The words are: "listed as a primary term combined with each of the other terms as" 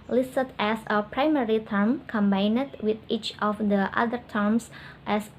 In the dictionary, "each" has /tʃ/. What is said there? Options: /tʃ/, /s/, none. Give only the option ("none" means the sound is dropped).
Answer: /tʃ/